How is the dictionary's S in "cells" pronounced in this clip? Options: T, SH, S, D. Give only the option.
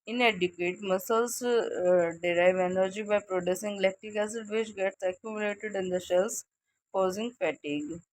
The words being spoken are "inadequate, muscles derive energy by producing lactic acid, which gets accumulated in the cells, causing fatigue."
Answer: SH